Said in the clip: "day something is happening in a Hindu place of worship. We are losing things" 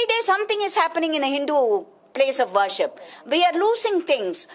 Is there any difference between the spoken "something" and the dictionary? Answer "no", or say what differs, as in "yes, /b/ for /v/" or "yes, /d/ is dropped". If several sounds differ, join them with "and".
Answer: yes, /t/ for /θ/